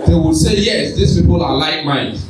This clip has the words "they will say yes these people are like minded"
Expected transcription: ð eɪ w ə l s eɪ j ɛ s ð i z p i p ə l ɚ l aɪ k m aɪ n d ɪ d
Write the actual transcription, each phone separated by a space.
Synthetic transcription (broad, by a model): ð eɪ w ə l s eɪ j ɛ s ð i s p i p ə l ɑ l aɪ k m aɪ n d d